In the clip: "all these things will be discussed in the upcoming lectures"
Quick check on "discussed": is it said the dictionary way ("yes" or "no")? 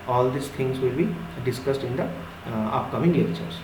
yes